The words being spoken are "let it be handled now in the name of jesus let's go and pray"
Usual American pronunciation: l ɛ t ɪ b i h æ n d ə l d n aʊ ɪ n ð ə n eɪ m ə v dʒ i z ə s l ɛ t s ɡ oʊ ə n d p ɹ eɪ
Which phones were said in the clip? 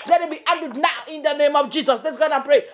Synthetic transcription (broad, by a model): l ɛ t ɪ b i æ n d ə d n aʊ ɪ n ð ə n eɪ m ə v dʒ i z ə s l ɛ t s ɡ oʊ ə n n p ɹ eɪ